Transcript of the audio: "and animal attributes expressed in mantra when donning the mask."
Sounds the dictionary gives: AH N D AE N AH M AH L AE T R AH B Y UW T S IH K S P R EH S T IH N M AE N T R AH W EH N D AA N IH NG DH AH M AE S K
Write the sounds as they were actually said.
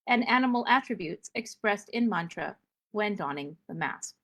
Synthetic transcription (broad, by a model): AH N AE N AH M L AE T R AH B Y UW T S IH K S P R EH S T IH N M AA N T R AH W EH N D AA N IH NG DH AH M AE S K